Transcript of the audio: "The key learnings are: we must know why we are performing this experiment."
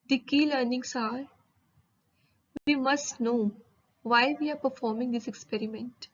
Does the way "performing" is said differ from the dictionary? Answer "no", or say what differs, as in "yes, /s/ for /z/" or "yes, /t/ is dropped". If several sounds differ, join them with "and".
no